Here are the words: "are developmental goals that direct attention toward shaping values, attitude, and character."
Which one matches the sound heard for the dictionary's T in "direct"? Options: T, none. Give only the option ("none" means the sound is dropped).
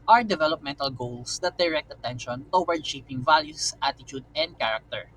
T